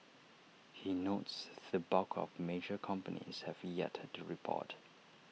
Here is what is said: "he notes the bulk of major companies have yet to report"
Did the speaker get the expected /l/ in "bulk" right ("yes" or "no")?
no